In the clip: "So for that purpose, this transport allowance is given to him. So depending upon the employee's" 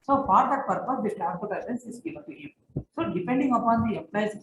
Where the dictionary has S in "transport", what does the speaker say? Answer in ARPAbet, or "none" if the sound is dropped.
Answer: none